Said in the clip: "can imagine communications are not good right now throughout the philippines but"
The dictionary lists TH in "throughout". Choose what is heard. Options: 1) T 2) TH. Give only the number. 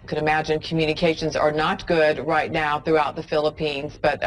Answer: 2